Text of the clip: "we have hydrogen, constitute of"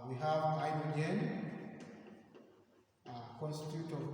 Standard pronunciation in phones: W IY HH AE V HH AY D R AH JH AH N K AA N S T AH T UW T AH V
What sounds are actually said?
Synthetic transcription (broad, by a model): W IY HH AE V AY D AH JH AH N K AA N S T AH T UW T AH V